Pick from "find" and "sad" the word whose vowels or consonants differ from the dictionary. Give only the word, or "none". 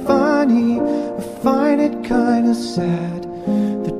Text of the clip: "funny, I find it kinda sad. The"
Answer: find